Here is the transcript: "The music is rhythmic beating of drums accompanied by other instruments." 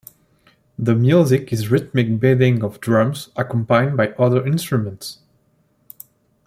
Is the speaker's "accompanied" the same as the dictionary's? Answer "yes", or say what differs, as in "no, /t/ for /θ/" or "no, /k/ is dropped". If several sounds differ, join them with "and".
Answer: no, /n/ is dropped